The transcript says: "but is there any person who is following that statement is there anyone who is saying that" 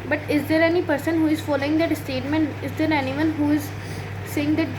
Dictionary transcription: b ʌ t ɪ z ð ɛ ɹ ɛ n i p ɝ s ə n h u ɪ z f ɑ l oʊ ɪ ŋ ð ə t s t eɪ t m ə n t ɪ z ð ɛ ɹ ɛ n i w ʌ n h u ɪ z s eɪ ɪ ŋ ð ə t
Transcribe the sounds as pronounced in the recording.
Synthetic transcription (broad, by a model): b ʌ t ɪ z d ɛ ɹ ɛ n i p ɝ s ə n h u ɪ z f ɑ l oʊ ɪ ŋ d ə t s t eɪ t m ə n t ɪ z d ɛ ɹ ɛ n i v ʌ n h u ɪ z s eɪ ɪ ŋ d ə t